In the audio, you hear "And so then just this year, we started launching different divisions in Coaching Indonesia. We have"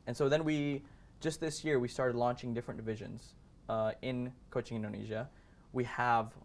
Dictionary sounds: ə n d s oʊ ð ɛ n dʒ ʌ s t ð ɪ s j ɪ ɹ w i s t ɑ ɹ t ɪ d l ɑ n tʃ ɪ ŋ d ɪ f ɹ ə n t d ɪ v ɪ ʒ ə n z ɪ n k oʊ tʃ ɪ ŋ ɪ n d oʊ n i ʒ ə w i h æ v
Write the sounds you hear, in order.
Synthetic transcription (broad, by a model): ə n s oʊ ð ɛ n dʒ ʌ s t ð ɪ s j ɪ ɹ w i s t ɑ ɹ t ɪ d l ɑ n tʃ ɪ ŋ d ɪ f ɹ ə n d ɪ v ɪ ʒ ə n z ɪ n k oʊ tʃ ɪ ŋ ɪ n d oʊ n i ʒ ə w i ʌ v